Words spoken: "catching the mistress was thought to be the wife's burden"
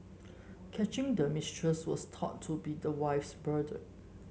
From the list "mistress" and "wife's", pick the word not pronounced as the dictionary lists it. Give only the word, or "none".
none